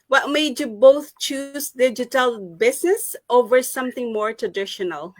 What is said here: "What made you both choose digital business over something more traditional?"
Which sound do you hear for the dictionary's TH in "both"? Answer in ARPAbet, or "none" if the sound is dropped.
TH